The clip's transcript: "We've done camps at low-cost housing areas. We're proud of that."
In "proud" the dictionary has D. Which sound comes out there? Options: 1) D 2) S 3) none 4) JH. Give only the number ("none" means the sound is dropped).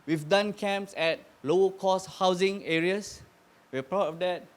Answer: 3